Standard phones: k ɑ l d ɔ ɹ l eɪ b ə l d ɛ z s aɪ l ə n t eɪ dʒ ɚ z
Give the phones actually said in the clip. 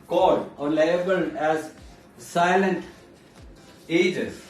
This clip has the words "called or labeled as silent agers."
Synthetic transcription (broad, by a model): k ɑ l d ɔ ɹ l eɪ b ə l ɛ z s aɪ l ə n t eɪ dʒ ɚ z